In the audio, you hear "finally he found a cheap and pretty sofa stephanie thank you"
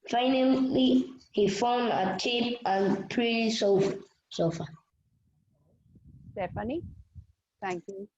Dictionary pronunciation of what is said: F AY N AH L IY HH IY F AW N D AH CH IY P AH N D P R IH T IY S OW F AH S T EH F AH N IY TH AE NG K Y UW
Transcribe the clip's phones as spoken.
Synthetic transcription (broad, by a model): F AY N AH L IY HH IY F AW N D AH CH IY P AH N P R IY S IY S OW F AH S T EH F AH N IY T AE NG K Y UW